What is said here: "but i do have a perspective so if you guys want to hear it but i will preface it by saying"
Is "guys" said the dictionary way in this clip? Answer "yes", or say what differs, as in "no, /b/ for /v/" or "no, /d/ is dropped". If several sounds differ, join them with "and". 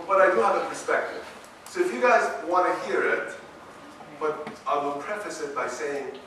yes